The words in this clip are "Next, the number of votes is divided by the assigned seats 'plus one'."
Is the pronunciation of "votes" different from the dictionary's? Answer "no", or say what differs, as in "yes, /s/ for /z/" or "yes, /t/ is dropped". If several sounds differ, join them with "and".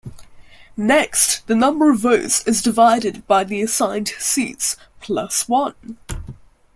no